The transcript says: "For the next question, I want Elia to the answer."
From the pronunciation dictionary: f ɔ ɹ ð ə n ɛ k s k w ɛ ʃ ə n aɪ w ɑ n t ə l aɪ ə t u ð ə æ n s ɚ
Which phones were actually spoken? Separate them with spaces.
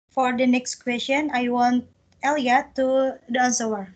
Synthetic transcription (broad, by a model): f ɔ ɹ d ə n ɛ k s k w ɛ s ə n aɪ w ɑ n t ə l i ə t u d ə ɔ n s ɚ